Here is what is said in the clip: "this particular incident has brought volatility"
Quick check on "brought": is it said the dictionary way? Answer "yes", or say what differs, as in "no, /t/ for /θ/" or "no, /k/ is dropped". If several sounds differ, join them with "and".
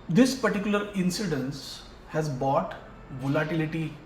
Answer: no, /ɹ/ is dropped